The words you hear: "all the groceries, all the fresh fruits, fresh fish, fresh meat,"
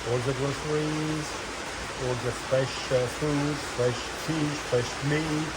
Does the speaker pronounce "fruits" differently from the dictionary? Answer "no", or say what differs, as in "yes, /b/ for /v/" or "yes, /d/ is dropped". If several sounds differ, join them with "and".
yes, /ɹ/ is dropped